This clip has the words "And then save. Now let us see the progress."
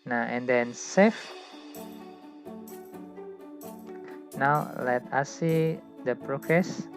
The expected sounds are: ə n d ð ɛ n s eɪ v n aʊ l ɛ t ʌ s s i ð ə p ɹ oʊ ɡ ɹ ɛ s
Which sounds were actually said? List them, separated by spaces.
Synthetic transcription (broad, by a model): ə n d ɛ n s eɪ f n aʊ l ɛ t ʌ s s i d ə p ɹ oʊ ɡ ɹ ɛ s